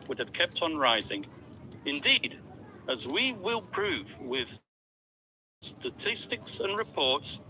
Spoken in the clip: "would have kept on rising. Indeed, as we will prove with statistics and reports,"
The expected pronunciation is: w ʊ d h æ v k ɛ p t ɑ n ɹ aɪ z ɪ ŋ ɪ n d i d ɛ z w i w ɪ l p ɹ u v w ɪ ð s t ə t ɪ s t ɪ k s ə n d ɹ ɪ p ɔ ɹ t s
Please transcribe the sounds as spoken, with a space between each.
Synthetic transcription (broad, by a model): w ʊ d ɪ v k ɛ p t n ɹ aɪ z ɪ ŋ ɪ n d i d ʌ z w i w ɪ l p ɹ u v w ɪ ð s t ə t ɪ s t ɪ k s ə n ɹ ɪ p ɔ ɹ t s